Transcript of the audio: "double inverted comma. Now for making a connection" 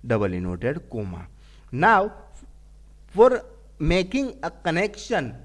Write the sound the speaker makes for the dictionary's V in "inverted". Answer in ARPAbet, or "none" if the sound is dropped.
none